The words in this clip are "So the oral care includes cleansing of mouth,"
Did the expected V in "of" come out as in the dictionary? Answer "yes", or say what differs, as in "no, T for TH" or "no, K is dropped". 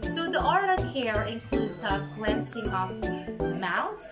no, P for V